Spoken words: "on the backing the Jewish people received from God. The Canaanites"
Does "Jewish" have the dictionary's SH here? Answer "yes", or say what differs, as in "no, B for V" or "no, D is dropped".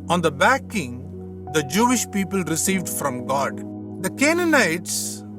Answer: yes